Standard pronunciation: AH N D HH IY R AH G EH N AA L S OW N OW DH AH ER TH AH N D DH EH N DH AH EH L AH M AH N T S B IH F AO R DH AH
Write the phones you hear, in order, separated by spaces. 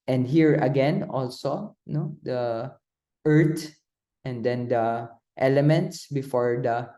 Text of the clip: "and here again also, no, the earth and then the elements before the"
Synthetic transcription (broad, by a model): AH N D HH IY R AH G EH N AA L S OW N OW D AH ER T AH N D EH N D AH EH L AH M AH N T S B IH F AO R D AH